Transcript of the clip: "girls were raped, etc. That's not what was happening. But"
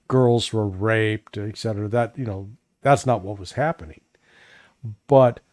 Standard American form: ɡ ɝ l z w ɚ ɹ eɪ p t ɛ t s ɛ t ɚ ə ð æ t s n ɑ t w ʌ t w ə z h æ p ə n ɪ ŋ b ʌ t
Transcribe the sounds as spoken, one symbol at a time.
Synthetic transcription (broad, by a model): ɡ ɝ l z w ɚ ɹ eɪ p t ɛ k s ɛ t ɚ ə ð æ t s n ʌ t w ʌ t w ə z h æ p ə n ɪ ŋ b ʌ t